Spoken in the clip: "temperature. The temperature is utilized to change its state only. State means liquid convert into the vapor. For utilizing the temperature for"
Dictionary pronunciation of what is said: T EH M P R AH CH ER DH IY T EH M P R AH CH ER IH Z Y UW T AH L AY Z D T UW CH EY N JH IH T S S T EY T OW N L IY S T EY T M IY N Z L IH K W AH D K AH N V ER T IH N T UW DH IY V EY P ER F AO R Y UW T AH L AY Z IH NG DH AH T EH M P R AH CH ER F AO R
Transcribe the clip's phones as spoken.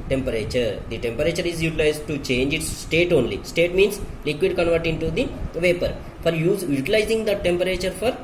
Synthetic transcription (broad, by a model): T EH M P R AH CH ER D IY T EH M P R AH CH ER IH Z Y UW T AH L AY Z D T UW CH EY N JH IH T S S T EY T OW N L IY S T EY T M IY N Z L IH K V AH D K AH N V ER T IH N T UW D IY V EY P ER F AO R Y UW T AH L AY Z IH NG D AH T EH M P R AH CH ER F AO R